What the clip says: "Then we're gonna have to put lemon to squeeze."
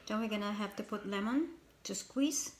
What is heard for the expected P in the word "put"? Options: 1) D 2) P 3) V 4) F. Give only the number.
2